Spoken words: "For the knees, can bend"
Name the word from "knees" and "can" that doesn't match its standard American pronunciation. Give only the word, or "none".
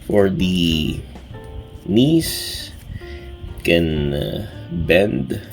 knees